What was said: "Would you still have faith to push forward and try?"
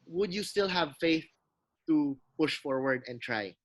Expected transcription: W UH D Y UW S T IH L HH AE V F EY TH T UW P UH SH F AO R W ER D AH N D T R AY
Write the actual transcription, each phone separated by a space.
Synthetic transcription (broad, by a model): W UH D Y UW S T IH L HH AE V F EY TH T UW P UH SH F AO R W ER D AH N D T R AY